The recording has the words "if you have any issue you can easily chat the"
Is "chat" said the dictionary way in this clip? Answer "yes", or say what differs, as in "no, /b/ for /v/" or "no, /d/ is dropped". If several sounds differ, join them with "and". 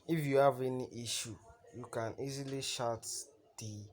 no, /ʃ/ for /tʃ/